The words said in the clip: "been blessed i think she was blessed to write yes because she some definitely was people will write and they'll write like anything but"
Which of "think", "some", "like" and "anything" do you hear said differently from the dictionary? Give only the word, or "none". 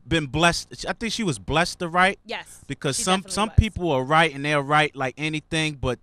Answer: none